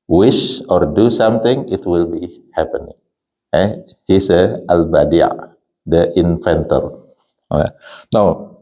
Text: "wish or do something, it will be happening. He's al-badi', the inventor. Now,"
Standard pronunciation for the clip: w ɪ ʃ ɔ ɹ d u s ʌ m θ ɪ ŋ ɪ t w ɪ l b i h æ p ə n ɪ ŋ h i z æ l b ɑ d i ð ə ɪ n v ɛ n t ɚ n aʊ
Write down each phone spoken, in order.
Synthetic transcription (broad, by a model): w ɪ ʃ ɔ ɹ d u s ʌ m t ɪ ŋ ɪ t w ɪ l b i h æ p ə n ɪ ŋ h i s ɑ l b ɑ d i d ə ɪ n f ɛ n t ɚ n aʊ